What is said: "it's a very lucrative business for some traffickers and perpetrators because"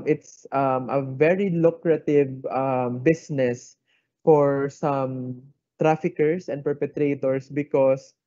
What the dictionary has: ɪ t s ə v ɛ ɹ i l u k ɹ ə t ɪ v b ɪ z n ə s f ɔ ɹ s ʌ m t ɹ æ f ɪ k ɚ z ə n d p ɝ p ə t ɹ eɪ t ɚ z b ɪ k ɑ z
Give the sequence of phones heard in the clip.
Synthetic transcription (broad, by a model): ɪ t s ə v ɛ ɹ i l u k ɹ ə t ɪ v b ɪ s n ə s f ɔ ɹ s ʌ m t ɹ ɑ f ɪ k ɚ s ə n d p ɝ p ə t ɹ eɪ t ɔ s b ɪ k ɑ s